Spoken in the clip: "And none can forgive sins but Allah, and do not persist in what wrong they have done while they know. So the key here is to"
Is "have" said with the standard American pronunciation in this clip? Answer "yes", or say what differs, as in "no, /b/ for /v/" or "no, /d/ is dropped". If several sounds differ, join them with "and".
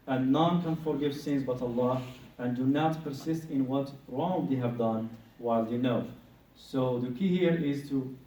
yes